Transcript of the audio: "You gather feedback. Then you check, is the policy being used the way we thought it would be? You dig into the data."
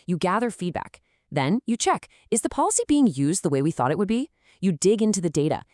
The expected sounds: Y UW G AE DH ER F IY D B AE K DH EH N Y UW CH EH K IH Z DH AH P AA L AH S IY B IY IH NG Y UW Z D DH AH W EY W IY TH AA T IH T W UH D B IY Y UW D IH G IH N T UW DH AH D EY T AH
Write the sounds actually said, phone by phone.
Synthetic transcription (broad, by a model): Y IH G AE DH ER F IY D B AE K DH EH N Y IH CH EH K IH Z DH AH P AA L AH S IY B IY IH NG Y UW Z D DH AH W EY W IY TH AA T IH T W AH D B IY Y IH D IH G IH N T UW DH AH D EY T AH